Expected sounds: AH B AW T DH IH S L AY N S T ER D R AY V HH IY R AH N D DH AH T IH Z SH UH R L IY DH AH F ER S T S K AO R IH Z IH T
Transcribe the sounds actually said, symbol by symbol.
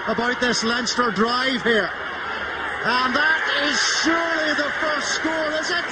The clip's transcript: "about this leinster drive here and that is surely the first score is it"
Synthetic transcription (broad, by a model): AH B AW T DH IH S L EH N S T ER D R AY V HH IY R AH N DH AH T IH Z SH UH R L IY DH AH F ER S T S K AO L IH Z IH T